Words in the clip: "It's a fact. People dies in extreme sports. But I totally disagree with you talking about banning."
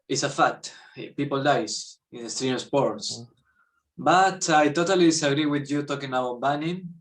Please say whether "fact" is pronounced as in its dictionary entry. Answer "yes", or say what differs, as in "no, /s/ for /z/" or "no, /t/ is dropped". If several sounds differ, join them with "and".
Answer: no, /k/ is dropped